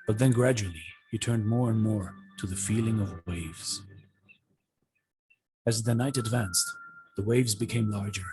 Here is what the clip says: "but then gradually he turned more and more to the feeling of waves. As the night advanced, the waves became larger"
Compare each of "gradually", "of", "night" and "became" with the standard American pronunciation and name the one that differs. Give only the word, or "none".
none